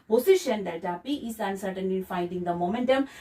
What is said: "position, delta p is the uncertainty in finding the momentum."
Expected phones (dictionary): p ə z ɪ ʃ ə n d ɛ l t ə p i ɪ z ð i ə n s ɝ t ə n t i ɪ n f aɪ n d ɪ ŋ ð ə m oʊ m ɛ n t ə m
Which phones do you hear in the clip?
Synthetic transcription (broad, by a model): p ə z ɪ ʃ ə n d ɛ t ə p i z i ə n s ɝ t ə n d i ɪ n f aɪ n d ɪ ŋ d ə m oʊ m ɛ n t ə m